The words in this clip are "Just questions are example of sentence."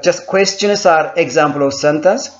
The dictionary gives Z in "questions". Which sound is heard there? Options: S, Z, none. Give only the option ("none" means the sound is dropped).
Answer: S